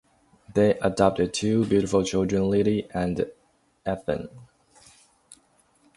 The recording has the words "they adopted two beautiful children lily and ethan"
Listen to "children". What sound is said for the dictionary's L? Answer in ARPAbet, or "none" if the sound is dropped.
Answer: L